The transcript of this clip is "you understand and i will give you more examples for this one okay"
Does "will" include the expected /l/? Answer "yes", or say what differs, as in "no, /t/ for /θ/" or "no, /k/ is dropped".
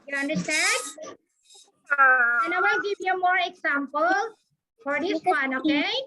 no, /n/ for /l/